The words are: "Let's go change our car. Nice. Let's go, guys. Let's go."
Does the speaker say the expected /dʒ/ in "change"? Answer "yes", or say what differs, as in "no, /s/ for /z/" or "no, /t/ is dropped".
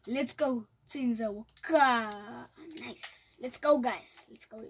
no, /z/ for /dʒ/